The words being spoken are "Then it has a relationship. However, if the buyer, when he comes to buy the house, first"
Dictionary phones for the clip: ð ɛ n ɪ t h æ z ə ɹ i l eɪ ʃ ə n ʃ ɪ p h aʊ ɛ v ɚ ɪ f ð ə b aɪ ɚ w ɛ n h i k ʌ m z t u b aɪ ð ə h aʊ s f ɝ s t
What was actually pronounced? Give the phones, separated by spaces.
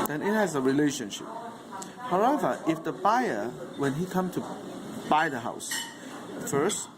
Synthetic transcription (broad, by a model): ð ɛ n ɪ t h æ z ə ɹ i l eɪ ʃ ə n ʃ ɪ p h aʊ ɛ v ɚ ɪ f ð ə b aɪ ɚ w ɛ n h i k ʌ m t u b aɪ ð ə h aʊ s f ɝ s t